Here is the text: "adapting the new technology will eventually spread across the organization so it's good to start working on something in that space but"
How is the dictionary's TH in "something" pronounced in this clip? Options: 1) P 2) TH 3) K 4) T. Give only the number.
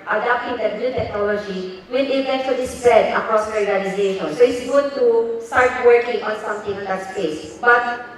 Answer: 4